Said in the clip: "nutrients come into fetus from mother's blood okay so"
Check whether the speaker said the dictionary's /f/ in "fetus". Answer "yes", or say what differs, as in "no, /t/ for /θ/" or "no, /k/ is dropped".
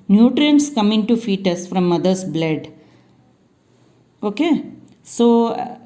yes